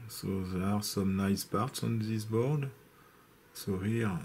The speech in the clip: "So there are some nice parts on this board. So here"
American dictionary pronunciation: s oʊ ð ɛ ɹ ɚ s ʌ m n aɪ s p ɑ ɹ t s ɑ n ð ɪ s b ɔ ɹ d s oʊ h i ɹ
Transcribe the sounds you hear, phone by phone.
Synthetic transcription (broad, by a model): s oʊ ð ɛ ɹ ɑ s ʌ m n aɪ s p ɑ ɹ t s ɑ n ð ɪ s b ɔ ɹ d s oʊ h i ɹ